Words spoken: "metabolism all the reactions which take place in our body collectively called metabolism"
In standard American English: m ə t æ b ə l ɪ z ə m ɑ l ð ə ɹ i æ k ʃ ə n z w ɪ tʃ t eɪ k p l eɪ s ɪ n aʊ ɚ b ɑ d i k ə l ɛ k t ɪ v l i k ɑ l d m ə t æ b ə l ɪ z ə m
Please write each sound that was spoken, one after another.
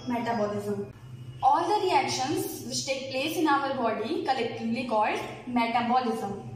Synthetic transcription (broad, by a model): m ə t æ b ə l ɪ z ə m ɑ l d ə ɹ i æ k ʃ ə n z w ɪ s t eɪ k p l eɪ s ɪ n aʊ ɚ b ɑ d i k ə l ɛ k t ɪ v l i k ɑ l d m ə t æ b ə l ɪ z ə m